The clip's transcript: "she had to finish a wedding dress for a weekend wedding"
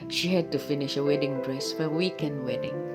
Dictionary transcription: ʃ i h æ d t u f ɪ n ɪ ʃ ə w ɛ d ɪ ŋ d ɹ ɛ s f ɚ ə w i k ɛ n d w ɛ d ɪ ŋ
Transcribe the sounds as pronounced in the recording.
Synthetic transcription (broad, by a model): ʃ i h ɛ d t u f ɪ n ɪ ʃ ə w ɛ d ɪ ŋ d ɹ ɛ s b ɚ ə w i k ɛ n d w ɛ d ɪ ŋ